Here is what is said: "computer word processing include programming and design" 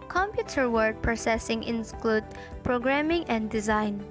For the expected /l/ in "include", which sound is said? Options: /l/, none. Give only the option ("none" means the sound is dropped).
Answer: /l/